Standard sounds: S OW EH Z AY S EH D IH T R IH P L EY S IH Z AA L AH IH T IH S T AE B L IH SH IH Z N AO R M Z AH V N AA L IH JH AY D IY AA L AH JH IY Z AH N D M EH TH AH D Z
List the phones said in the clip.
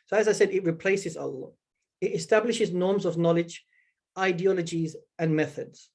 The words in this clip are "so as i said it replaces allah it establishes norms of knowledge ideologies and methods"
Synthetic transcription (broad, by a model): S OW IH Z AY S EH D IH T R IH P L EY S IH Z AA L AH IH T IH S T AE B L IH SH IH Z N AO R M Z AH V N AA L IH JH AY D IY AA L AH JH IY Z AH N M EH TH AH D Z